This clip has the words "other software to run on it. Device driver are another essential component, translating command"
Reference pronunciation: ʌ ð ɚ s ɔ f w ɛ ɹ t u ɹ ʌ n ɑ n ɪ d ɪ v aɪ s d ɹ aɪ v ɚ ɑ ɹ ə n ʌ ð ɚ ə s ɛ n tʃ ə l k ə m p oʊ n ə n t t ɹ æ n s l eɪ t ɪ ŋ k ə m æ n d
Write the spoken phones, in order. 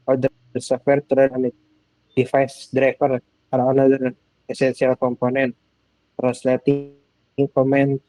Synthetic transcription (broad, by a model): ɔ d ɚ s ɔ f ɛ ɹ t u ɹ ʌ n ɑ n ɪ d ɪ f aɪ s d ɹ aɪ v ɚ ɑ ɹ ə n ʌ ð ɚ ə s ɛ n s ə l k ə m p oʊ n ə n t t ɹ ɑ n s l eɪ t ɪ ŋ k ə m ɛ n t